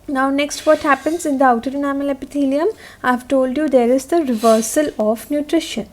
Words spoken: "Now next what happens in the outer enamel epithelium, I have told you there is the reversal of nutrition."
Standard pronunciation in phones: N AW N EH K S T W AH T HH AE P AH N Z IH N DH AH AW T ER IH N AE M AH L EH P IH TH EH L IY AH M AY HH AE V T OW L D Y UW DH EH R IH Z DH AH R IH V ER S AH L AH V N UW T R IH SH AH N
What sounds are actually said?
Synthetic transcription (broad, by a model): N AW N EH K S T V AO T HH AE P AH N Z IH N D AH AW T ER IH N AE M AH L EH P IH T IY L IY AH M AY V T OW L D Y UW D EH R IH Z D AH R IH V ER S AH L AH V N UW T R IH SH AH N